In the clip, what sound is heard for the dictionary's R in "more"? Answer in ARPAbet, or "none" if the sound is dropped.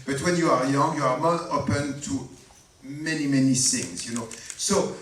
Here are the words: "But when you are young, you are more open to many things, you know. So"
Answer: L